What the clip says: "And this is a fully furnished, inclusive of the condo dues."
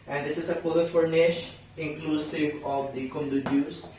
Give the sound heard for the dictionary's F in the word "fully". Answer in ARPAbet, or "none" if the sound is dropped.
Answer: P